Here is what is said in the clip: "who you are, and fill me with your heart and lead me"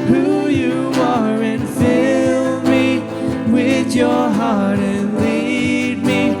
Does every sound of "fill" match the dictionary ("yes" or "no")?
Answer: yes